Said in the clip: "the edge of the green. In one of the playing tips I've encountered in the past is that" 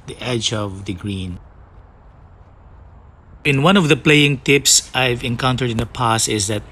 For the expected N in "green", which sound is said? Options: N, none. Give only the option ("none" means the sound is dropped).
N